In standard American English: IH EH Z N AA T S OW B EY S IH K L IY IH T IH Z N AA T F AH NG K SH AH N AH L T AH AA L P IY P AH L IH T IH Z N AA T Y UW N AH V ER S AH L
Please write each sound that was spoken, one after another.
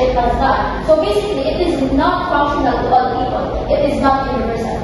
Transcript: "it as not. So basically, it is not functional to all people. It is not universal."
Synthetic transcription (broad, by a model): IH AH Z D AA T S OW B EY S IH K L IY IH T IH Z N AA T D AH K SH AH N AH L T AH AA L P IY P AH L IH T IH Z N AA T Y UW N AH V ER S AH